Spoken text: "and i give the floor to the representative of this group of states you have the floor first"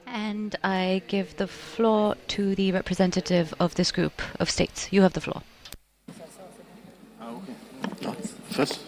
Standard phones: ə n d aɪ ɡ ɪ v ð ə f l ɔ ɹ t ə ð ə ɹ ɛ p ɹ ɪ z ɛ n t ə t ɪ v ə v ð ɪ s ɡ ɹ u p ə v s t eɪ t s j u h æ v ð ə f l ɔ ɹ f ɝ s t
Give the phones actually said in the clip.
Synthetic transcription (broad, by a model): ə n d aɪ ɡ ɪ v ð ə f l ɔ ɹ t ə ð ə ɹ ɛ p ɹ ɪ z ɛ n t ə t ɪ v ə v ð ɪ s ɡ ɹ u p ə v s t eɪ t s j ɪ v ð ə f l ɔ ɹ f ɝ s